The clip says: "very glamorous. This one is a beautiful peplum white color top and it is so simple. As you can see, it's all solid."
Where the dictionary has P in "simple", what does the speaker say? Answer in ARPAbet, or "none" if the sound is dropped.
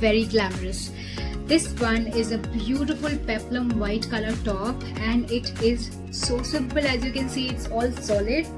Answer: B